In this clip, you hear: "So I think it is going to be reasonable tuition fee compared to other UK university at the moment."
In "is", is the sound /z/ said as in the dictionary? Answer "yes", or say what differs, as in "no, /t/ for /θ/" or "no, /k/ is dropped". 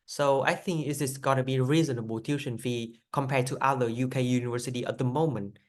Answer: no, /s/ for /z/